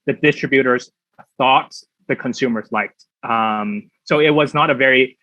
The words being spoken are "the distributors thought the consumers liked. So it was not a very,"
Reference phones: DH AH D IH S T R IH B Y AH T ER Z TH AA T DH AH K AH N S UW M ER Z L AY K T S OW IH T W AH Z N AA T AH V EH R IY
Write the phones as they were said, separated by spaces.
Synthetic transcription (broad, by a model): DH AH D IH S T R IH B Y AH T ER Z TH AA T DH AH K AH N S UW M ER Z L AY K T S OW IH T W AH Z N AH T AH V EH R IY